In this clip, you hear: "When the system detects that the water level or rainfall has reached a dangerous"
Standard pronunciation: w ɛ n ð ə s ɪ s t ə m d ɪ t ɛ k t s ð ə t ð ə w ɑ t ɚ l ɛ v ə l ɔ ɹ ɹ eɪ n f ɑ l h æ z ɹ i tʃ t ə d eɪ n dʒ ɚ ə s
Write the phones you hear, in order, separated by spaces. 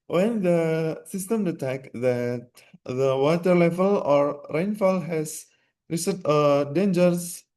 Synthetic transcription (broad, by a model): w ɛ n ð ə s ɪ s t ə m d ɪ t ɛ k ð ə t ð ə w ɑ t ɚ l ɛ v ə l ɔ ɹ ɹ eɪ n f ɑ l h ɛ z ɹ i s ə d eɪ n dʒ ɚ s